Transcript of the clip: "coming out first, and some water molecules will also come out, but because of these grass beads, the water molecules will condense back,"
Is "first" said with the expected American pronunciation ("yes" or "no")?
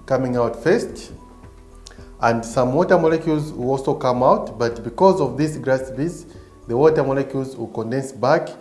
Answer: yes